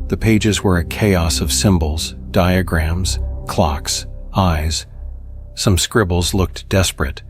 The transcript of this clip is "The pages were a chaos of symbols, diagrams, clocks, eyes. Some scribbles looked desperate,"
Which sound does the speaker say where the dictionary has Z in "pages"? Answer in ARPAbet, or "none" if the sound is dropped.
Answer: Z